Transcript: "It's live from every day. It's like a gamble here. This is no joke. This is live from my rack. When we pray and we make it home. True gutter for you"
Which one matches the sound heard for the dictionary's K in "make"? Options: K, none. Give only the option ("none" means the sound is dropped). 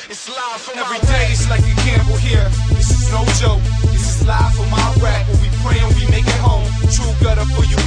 K